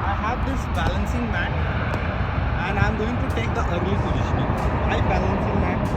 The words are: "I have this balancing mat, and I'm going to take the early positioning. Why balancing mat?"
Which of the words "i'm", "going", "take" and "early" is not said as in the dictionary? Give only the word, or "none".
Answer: early